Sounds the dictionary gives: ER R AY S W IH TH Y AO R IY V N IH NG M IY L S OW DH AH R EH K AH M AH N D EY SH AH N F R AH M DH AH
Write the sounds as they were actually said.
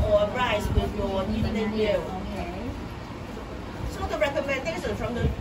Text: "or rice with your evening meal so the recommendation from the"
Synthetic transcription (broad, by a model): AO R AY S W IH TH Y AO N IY N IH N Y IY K S OW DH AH R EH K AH M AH N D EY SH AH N F R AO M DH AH